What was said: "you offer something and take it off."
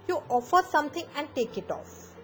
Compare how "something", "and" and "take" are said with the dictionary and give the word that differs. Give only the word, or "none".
something